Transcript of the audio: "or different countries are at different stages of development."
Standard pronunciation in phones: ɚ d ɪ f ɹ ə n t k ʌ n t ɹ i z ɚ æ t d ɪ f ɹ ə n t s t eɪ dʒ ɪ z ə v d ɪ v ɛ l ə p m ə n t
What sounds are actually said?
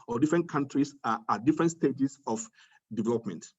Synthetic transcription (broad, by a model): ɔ d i f ɹ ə n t k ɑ n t ɹ i s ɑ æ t d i f ɹ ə n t s t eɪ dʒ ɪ s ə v d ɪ v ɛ l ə p m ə n t